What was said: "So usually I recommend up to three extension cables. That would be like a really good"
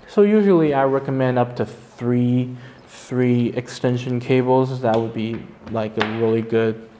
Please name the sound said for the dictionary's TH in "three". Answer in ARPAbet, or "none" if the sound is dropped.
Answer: TH